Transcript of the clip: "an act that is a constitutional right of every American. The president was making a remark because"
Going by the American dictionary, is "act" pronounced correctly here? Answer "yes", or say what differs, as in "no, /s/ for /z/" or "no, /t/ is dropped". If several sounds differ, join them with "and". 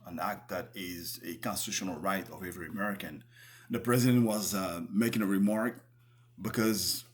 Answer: yes